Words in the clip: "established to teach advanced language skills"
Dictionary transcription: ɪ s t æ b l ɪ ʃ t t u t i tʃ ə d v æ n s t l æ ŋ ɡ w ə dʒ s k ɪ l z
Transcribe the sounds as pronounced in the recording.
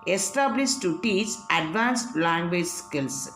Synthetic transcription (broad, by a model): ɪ s t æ b l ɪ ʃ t t u t i s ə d v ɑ n s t l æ ŋ ɡ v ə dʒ s k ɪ l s